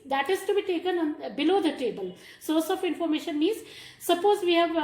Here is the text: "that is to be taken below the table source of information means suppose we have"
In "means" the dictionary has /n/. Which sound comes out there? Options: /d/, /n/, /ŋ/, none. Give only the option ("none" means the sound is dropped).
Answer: none